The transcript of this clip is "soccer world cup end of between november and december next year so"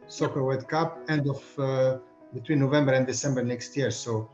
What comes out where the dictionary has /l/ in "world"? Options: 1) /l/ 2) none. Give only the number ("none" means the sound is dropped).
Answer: 2